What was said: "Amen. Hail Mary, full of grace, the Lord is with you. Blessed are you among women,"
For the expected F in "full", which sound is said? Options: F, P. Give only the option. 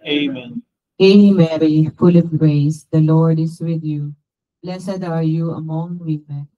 F